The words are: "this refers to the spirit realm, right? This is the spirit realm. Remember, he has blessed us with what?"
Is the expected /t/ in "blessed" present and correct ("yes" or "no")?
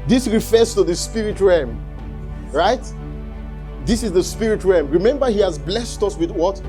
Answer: yes